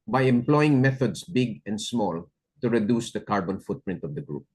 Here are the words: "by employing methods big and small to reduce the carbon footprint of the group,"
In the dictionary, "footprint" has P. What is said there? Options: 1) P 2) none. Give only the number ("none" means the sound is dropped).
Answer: 1